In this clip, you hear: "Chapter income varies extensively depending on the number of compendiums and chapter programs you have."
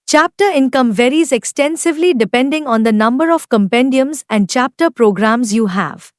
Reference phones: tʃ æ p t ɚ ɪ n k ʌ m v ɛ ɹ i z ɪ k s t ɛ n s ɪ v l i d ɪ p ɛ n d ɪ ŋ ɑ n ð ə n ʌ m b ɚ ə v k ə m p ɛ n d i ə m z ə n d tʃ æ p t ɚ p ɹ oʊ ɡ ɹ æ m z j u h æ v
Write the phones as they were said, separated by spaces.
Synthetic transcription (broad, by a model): tʃ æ p t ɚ ɪ n k ʌ m v ɛ ɹ i z ɪ k s t ɛ n s ɪ v l i d ɪ p ɛ n d ɪ ŋ ɑ n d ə n ʌ m b ɚ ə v k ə m p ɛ n d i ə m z ə n d tʃ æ p t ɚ p ɹ oʊ ɡ ɹ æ m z j u h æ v